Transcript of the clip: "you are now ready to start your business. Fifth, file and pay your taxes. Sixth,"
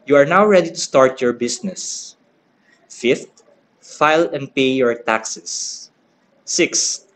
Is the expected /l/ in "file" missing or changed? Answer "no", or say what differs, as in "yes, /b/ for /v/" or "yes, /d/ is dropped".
no